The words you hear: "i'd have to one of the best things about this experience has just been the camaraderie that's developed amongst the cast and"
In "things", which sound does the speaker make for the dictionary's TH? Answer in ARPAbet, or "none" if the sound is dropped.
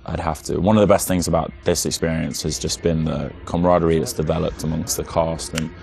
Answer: TH